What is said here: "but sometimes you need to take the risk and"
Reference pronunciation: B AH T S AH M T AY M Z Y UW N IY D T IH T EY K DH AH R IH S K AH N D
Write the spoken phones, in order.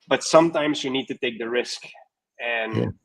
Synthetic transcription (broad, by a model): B AH T S AH M T AY M Z Y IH N IY D T IH T EY K DH AH R IH S K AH N